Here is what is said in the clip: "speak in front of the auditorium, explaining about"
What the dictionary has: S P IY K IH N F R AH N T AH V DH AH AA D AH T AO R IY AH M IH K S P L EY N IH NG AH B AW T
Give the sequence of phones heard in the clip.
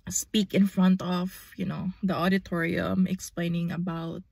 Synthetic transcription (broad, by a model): S P IY K IH N F R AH N T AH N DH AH AA D AH T AO R IY AH M IH K S P L EY N IH NG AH B AW T